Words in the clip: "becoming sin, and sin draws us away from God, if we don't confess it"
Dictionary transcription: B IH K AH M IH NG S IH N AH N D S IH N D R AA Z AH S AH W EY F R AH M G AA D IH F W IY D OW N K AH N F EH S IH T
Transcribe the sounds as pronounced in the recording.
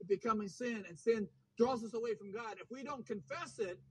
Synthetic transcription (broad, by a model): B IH K AH M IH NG S IH N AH N S IH N D R AA Z AH S AH W EY F R AH M G AA D IH F W IY D OW N K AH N F EH S IH T